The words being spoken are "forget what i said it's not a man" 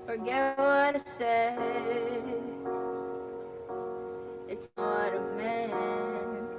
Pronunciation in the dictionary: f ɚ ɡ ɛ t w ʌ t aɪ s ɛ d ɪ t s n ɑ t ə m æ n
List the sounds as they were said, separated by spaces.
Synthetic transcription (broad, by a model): f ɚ ɡ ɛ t w ʌ t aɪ s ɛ ɪ t s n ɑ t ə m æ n